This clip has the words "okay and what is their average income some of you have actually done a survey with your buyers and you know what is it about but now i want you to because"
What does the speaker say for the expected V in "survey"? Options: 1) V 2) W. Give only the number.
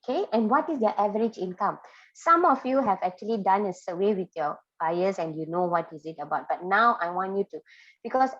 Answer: 2